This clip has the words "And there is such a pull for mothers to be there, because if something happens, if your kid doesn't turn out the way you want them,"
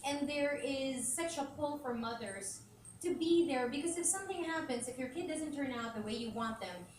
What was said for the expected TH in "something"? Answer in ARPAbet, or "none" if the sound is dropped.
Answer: TH